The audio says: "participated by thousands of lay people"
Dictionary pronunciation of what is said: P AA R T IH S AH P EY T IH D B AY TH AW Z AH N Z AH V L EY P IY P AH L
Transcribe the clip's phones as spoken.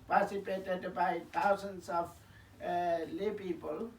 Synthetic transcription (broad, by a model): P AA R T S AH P EY T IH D B AY T AW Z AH N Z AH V L EY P IY P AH L